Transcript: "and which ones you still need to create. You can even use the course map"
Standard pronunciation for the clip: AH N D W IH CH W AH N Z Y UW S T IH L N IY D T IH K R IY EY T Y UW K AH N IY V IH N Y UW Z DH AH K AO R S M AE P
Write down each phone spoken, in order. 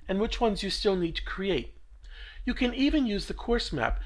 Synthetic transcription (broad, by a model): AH N W IH CH W AH N Z Y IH S T IH L N IY D T IH K R IY EY T Y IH K AH N IY V IH N Y UW Z DH AH K AO R S M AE P